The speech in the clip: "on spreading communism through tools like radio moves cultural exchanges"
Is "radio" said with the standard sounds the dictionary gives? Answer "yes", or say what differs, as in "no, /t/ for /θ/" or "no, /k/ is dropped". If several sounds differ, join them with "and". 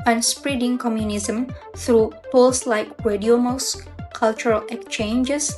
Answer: no, /w/ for /ɹ/